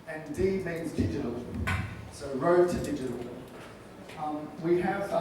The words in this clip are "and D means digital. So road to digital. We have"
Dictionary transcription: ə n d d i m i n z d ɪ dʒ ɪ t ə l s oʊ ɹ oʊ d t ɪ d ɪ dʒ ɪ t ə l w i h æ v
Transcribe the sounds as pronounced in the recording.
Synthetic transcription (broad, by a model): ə n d d i m i n z d ɪ dʒ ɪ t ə l s oʊ ɹ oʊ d t ɪ d ɪ dʒ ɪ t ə l w i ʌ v